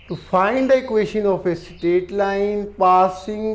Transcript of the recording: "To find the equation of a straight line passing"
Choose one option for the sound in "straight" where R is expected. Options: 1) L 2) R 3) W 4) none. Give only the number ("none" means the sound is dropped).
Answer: 4